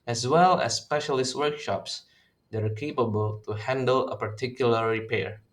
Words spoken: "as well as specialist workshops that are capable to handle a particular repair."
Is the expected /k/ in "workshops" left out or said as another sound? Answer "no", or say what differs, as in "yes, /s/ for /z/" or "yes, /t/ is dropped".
no